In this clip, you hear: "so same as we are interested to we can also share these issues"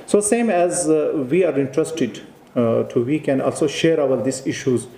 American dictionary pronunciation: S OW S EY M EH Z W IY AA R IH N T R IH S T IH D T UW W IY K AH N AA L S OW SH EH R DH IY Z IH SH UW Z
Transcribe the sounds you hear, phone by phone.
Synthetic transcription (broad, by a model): S OW S EY M EH Z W IY AA R IH N T R IH S T IH D T UW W IY K AH N AA L S OW SH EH R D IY S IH SH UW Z